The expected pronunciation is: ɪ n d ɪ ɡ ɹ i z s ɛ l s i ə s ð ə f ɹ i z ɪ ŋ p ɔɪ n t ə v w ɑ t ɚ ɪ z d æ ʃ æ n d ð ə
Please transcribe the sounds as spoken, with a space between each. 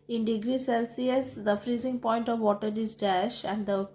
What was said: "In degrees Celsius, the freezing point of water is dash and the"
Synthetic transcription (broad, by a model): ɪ n d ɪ ɡ ɹ i s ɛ l s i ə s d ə f ɹ i z ɪ ŋ p ɔɪ n t ə v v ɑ t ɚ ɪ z d æ ʃ æ n d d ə